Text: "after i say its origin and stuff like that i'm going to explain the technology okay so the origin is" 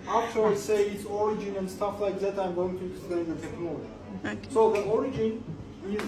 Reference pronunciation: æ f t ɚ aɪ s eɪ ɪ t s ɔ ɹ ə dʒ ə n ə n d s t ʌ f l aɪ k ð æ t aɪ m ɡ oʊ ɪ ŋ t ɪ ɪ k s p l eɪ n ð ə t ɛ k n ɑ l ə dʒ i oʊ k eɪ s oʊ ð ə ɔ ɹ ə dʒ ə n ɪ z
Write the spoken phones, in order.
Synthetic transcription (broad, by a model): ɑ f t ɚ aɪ s eɪ ɪ t s ɔ ɹ ə dʒ ə n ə n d s t ʌ f l aɪ k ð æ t aɪ m ɡ oʊ ɪ ŋ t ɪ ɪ s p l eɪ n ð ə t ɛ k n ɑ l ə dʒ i s oʊ ð ə ɔ ɹ ə dʒ ə n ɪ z